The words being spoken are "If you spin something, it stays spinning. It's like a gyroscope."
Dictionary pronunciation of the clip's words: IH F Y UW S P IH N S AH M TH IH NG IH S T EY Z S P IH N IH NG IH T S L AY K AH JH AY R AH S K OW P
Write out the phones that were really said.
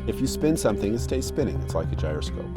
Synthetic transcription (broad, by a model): IH F Y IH S P IH N S AH M TH IH NG IH S T EY S P IH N IH NG IH T S L AY K AH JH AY R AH S K OW P